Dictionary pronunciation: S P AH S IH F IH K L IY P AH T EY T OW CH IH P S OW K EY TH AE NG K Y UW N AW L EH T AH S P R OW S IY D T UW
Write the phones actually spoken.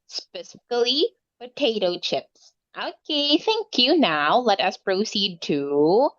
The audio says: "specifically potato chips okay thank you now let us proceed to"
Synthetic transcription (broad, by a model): S P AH S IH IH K L IY P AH T EY T OW CH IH P S OW K EY TH AE NG K Y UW N AW L EH T AH S P R OW S IY D T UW